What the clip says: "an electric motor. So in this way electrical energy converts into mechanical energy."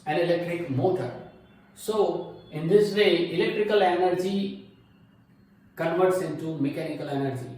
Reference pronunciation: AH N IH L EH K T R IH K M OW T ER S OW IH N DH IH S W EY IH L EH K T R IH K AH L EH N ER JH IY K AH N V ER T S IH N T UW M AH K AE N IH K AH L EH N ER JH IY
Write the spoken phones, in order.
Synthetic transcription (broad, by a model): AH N IH L EH K T R IH K M OW T ER S OW IH N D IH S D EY IH L EH K T R IH K AH L EH N ER JH IY K AH N V ER T S IH N T UW M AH K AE N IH K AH L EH N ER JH IY